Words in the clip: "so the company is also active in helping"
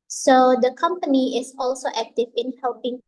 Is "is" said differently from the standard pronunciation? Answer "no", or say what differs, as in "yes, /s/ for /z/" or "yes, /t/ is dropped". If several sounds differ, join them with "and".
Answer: yes, /s/ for /z/